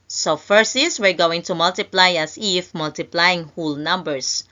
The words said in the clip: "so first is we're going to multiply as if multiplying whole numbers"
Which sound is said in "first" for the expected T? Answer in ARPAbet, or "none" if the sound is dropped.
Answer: none